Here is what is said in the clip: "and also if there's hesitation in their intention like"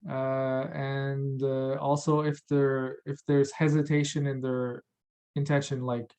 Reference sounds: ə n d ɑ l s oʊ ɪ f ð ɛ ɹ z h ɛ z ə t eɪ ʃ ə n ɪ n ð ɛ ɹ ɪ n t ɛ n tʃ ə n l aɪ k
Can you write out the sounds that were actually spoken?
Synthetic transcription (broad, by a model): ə n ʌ ɑ l s oʊ ɪ f ð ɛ ɹ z h ɛ z ə t eɪ ʃ ə n ɪ n ð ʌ ɹ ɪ n t ɛ n ʃ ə n l aɪ k